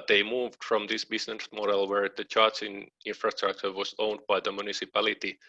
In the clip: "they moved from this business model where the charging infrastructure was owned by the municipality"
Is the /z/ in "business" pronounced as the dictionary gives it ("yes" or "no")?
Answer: no